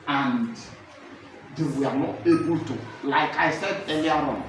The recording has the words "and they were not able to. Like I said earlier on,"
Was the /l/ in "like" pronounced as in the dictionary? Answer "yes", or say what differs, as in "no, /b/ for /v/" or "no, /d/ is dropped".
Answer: yes